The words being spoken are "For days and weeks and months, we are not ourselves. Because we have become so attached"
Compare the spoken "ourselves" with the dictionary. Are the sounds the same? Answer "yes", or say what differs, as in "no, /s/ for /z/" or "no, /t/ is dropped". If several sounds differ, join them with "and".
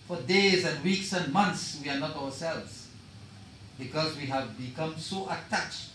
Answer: no, /w/ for /ɹ/